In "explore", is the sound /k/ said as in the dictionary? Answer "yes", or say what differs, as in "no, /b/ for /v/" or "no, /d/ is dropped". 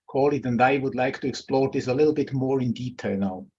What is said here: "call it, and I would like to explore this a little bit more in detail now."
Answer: yes